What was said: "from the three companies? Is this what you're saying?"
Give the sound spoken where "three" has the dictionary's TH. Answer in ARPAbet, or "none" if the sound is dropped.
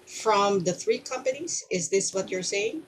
TH